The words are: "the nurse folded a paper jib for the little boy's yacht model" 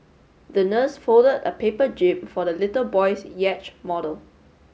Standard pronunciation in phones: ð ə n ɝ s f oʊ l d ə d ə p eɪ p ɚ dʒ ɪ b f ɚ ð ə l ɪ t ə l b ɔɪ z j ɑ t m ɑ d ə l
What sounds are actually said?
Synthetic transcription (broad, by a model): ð ə n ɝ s f oʊ l d ə d ə p eɪ p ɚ dʒ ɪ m f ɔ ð ə l ɪ t ə l b ɔɪ s j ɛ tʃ m ɑ d ə l